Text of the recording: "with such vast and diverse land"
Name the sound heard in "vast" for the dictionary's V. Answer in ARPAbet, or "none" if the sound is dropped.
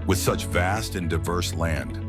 V